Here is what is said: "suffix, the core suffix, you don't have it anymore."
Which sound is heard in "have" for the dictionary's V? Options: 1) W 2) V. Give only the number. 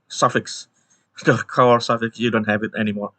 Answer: 2